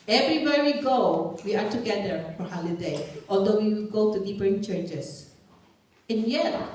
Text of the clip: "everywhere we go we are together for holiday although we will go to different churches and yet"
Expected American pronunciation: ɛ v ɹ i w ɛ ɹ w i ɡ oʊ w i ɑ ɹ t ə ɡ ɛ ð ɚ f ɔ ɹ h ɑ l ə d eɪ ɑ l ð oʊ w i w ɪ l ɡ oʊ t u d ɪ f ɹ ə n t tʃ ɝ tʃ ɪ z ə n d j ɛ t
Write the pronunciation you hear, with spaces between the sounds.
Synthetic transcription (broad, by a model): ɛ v ɹ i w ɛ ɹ w i ɡ oʊ w i ɑ ɹ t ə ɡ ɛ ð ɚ f ɔ ɹ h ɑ l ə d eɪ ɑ l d oʊ w i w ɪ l ɡ oʊ t u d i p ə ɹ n tʃ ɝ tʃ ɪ s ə n j ɛ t